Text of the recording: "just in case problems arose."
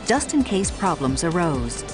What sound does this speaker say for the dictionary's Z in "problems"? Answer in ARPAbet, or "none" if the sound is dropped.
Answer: Z